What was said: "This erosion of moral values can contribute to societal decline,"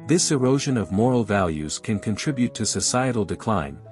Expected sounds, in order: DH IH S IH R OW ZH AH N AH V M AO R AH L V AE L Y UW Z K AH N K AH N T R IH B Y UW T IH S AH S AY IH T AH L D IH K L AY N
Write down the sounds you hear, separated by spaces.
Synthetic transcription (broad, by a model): DH IH S IH R OW ZH AH N AH V M AO R L V AE L Y UW Z K AH N K AH N T R IH B Y UW T IH S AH S AY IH T L D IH K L AY N